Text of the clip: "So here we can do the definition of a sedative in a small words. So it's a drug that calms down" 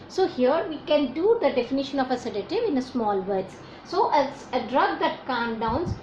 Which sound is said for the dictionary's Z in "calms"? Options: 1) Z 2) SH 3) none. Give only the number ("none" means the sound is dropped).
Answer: 3